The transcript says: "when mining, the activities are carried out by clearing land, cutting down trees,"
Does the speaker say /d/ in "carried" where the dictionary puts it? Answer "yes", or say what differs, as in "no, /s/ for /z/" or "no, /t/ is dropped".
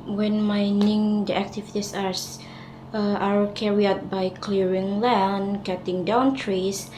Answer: no, /d/ is dropped